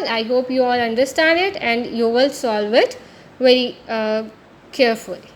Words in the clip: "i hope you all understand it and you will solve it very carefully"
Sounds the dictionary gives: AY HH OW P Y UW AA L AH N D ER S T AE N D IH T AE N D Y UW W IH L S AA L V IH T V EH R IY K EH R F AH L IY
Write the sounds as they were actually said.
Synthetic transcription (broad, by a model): AY HH OW P Y UW AA L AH N D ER S T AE N D IH T AE N D Y UW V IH L S AA L V IH T V EH R IY K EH R F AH L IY